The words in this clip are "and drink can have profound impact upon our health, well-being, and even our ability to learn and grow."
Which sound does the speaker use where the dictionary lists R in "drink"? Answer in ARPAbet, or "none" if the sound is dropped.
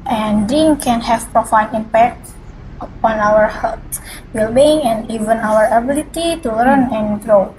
none